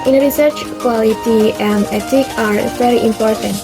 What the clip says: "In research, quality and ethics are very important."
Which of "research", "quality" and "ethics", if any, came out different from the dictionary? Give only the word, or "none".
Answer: ethics